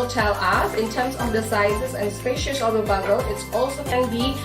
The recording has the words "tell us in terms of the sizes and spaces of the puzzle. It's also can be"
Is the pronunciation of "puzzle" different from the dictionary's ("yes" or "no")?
yes